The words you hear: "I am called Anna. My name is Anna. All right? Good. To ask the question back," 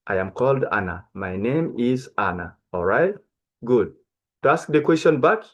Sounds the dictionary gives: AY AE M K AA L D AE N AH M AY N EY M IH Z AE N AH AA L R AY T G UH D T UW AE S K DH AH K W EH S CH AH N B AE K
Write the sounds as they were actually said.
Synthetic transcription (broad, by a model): AY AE M K AA L D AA N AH M AY N EY M IH Z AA N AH AA L R AY T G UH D T UW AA S K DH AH K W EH S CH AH N B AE K